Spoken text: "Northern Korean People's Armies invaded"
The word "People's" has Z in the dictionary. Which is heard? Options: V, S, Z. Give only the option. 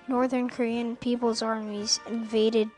Z